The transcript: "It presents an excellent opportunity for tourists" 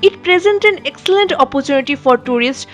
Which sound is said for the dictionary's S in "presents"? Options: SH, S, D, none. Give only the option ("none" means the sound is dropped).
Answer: none